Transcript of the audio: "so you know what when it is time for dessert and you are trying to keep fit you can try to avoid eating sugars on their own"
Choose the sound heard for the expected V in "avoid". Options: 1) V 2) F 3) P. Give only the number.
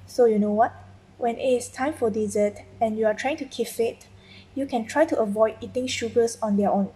1